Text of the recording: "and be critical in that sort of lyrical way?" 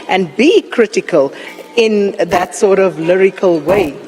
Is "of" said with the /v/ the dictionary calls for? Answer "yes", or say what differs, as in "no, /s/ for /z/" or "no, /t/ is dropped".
yes